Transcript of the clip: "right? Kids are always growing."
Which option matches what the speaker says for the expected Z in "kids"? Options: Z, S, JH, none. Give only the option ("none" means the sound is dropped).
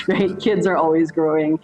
Z